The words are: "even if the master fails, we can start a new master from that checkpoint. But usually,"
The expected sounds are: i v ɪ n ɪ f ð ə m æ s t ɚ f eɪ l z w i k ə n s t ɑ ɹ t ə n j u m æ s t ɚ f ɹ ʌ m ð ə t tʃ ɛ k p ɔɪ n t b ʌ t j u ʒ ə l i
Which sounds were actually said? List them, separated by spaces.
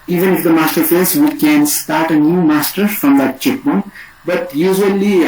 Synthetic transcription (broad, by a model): i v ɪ n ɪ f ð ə m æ s t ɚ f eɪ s w i k ə n s t ɑ ɹ t ə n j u m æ s t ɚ f ɹ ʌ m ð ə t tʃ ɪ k b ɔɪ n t b ʌ t j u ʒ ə l i